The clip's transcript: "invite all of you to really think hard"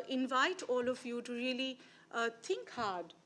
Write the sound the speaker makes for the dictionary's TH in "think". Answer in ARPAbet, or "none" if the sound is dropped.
T